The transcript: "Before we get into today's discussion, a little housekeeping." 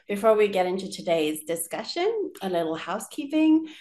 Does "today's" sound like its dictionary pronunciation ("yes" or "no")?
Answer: yes